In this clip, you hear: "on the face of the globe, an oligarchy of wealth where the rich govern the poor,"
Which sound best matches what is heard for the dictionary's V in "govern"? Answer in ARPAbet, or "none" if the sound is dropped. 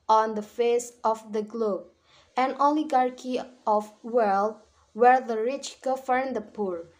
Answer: F